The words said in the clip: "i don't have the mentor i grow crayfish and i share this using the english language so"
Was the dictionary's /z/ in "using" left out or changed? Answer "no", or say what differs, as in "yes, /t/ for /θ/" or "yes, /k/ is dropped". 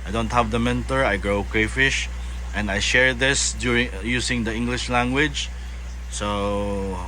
yes, /s/ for /z/